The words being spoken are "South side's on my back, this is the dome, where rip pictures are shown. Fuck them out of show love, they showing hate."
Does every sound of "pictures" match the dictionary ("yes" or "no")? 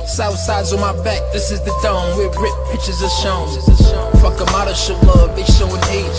no